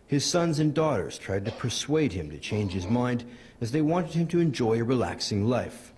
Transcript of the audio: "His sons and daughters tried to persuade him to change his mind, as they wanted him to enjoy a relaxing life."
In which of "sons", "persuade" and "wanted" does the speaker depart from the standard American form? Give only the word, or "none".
none